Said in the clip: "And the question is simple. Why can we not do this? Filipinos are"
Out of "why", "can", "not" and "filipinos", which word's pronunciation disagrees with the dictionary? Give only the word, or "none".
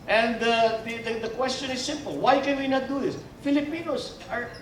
filipinos